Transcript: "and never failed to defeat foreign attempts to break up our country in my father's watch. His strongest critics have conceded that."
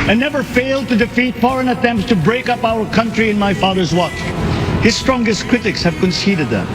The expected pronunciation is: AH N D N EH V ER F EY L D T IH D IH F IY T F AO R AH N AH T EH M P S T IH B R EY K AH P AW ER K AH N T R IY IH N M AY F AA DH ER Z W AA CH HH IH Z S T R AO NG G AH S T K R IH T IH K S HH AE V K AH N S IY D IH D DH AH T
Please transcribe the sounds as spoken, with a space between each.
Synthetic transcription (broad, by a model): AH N N EH V ER F EY L D T IH D IH F IY T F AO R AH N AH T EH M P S T IH B R EY K AH P AW ER K AH N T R IY IH N M AY F AA DH ER Z W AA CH HH IH Z S T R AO NG G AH S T K R IH T IH K S HH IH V K AH N S IY D IH D DH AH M